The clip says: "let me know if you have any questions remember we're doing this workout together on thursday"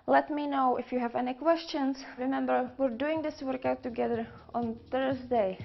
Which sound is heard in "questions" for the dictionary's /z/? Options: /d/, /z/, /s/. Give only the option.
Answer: /s/